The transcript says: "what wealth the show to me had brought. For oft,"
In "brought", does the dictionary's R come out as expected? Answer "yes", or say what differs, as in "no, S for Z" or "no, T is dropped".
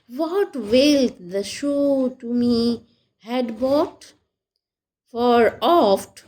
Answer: no, R is dropped